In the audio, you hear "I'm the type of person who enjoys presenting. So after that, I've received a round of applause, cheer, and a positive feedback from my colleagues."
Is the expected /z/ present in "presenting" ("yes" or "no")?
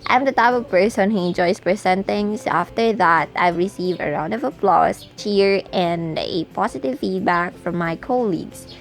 no